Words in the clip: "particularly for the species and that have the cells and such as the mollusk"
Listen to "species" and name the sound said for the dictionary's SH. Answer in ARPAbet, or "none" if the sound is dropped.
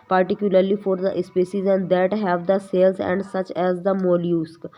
S